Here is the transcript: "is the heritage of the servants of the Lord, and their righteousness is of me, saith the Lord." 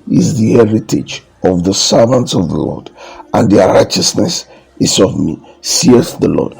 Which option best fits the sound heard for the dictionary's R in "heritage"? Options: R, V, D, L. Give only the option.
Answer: R